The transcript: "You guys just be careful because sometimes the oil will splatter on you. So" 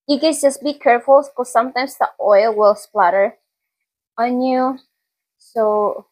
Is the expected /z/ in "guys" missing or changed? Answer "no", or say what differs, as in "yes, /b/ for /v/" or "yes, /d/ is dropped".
yes, /s/ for /z/